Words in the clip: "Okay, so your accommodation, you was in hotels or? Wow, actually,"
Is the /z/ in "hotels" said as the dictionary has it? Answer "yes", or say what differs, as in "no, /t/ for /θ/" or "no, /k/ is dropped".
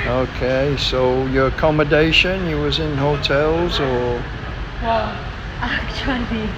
yes